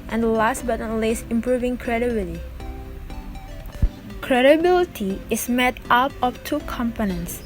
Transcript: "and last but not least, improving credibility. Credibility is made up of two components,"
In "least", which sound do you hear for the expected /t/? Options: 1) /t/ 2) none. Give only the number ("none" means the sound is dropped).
2